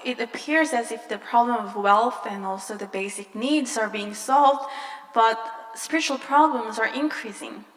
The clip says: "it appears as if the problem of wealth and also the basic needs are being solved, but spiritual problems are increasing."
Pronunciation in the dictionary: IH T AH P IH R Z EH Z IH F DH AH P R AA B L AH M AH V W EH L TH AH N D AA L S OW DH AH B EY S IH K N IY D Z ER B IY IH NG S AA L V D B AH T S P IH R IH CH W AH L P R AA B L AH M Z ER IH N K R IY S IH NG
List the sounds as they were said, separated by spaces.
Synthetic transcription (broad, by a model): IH T AH P IH R Z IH Z IH F DH AH P R AA B L AH M AH V W EH L TH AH N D AA L S OW DH AH B EY S IH K N IY D Z ER B IY IH NG S AA L V D B AH T S P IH R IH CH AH L P R AA B L AH M Z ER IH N K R IY S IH NG